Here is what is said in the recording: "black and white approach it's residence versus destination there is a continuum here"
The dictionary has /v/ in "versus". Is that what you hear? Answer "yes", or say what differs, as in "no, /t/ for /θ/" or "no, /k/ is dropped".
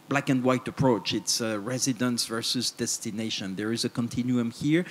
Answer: yes